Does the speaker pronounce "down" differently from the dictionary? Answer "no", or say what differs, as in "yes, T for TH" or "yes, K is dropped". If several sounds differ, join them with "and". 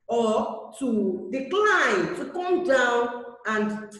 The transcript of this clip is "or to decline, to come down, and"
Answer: no